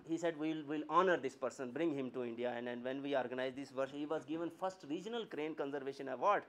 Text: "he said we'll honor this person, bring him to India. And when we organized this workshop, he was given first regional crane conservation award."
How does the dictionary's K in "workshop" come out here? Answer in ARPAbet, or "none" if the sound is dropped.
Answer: none